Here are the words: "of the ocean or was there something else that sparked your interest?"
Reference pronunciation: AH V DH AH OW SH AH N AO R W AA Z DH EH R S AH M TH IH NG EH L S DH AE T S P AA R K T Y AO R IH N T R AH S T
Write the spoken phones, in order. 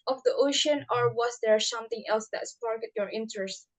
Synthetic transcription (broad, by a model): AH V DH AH OW SH AH N AO R W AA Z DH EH R S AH M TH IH NG EH L S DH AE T S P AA R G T Y AO R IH N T R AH S T